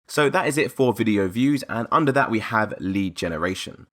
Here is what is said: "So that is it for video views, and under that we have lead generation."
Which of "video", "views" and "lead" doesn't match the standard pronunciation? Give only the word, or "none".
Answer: none